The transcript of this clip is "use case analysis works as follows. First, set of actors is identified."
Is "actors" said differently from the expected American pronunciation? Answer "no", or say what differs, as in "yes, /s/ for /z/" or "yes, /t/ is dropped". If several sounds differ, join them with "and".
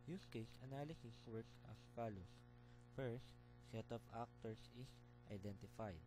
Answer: yes, /s/ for /z/